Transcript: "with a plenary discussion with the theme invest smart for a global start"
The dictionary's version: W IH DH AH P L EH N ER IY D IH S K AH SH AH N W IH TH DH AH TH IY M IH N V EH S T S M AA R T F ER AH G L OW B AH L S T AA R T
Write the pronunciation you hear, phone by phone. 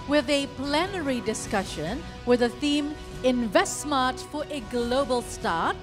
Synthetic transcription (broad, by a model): W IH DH AH P L EH N ER IY D IH S K AH SH AH N W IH DH AH TH IY M IH N V EH S T S M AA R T F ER AH G L OW B AH L S T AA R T